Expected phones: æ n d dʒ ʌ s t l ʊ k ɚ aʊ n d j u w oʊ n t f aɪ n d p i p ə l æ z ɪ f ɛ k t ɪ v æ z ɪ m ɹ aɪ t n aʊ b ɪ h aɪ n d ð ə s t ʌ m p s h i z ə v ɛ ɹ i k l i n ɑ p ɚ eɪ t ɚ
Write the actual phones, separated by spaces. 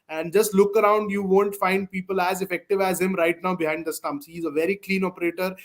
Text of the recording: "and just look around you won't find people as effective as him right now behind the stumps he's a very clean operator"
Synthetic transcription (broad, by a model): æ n d dʒ ʌ s t l ʊ k ɚ aʊ n d j u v oʊ n t f aɪ n d p i p ə l æ z ɪ f ɛ k t ɪ v æ z ɪ m ɹ aɪ t n aʊ b ɪ h aɪ n d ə s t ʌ m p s h i z ə v ɛ ɹ i k l i n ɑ p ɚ eɪ t ɚ